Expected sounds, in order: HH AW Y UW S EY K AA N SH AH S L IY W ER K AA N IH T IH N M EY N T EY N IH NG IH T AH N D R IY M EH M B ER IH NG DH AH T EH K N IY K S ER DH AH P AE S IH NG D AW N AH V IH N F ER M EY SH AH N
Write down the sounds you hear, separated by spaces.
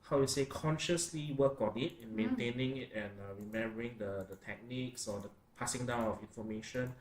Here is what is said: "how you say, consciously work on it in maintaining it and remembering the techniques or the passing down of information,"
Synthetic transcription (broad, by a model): HH AW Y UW S EY K AA N SH AH S L IY W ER K AA N IH T IH N M EY N T EY N IH NG IH T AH N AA R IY M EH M B ER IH NG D AH T EH K N IY K S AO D AH P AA S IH NG D AW N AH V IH N F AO M EY SH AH N